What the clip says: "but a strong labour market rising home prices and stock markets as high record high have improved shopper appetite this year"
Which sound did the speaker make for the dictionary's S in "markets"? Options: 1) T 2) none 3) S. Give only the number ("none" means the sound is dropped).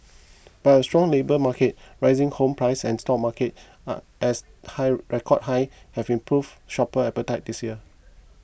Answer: 2